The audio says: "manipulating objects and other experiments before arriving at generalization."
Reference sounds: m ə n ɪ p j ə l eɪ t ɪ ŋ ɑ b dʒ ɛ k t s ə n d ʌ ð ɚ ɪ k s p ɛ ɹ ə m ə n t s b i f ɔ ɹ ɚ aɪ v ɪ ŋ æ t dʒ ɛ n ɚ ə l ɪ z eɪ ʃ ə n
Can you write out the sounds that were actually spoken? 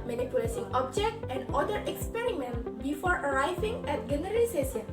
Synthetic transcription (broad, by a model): m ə n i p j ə l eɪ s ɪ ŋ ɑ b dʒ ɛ k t ə n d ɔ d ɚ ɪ k s p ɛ ɹ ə m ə n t b i f ɔ ɹ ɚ aɪ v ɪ ŋ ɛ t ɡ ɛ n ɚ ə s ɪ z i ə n